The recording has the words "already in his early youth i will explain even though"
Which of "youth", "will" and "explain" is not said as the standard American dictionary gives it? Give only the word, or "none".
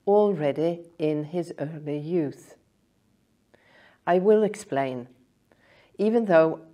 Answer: none